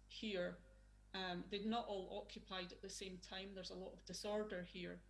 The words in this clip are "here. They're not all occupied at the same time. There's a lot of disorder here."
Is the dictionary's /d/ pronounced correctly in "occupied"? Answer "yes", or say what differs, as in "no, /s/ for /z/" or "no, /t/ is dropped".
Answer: yes